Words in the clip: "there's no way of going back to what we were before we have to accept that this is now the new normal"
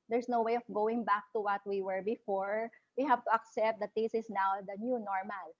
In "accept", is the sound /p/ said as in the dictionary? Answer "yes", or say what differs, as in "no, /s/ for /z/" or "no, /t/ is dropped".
yes